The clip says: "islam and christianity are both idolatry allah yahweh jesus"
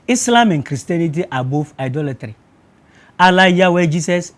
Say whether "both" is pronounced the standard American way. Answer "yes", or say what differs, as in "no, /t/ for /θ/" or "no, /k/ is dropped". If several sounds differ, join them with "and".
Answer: no, /f/ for /θ/